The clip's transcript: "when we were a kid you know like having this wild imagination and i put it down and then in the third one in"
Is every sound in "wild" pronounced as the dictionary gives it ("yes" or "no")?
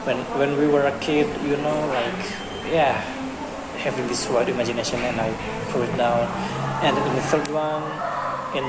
no